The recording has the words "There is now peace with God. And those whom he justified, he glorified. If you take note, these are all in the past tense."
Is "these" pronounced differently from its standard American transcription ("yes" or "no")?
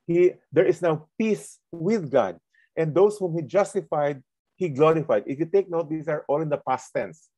yes